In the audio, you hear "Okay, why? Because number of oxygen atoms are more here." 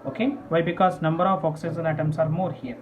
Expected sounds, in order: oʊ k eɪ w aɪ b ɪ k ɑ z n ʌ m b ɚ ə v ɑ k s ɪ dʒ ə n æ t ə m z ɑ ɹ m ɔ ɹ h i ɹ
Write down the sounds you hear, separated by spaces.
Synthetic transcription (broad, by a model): oʊ k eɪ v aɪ b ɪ k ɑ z n ʌ m b ɚ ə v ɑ k s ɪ z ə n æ t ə m s ɑ ɹ m ɔ ɹ h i ɹ